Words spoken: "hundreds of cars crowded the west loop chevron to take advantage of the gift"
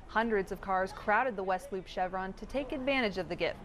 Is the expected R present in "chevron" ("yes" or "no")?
yes